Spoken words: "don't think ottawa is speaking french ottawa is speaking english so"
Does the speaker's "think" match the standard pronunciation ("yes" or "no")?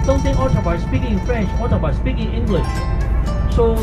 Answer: no